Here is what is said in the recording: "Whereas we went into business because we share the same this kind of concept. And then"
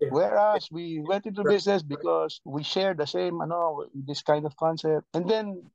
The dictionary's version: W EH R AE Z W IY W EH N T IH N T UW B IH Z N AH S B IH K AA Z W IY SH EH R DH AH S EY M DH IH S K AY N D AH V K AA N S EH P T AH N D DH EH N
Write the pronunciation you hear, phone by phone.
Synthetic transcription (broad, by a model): W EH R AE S W IY W EH N T IH N T UW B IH S N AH S B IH K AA S W IY SH EH R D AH S EY M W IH S K AY N D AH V K AA N S EH P T AH N D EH N